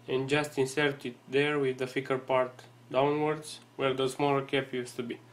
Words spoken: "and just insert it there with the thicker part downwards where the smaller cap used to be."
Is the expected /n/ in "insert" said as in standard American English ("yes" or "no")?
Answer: yes